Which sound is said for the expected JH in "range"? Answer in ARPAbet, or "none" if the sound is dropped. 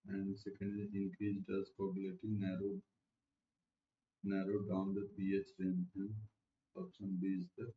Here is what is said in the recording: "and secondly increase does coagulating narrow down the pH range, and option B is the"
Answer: none